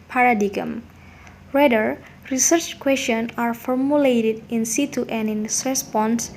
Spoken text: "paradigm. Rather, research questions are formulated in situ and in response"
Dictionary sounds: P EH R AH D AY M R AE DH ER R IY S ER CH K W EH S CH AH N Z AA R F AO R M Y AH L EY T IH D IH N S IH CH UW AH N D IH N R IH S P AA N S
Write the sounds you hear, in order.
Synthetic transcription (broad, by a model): P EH R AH D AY M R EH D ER R IY S ER CH K W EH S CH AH N AA R F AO R M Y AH L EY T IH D IH N S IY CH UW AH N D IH N R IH S P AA N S